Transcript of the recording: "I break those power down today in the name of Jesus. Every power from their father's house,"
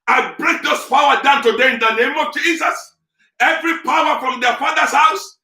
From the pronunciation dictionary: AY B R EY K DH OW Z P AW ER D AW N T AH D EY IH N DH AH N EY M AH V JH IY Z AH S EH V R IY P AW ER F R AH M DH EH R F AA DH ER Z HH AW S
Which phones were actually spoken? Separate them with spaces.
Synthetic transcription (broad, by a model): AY B R EY K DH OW S P AW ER D AW N T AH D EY IH N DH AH N EY M AH V JH IY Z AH S EH V R IY P AW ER F R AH M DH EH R F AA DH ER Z HH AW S